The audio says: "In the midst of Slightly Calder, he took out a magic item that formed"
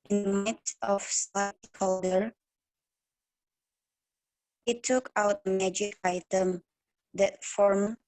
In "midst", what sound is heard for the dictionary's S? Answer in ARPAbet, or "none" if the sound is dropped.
none